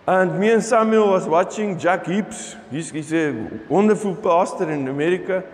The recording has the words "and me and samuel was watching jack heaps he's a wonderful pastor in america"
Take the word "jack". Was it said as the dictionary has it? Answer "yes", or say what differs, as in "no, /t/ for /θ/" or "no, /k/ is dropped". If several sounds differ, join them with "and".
yes